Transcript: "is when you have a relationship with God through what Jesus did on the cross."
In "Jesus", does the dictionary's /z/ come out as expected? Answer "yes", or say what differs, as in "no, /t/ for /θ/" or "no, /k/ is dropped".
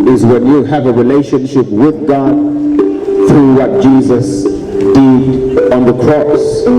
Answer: yes